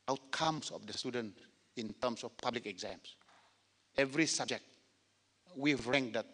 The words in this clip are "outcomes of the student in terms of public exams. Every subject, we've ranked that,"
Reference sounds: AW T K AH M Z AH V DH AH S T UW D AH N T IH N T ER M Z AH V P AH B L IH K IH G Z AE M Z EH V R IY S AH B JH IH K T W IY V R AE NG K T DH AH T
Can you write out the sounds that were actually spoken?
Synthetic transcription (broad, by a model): AW T K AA M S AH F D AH S T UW D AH N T IH N T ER M S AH F P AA B L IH K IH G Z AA M S EH V R IY S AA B JH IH K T W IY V R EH NG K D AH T